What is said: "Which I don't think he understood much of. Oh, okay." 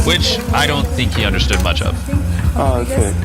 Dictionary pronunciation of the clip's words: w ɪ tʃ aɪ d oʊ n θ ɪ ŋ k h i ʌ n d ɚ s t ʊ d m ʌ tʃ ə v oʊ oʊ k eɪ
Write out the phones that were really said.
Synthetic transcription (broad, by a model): w ɪ tʃ aɪ d oʊ n θ ɪ ŋ k h i ʌ n d ɚ s t ʊ d m ʌ tʃ ə v oʊ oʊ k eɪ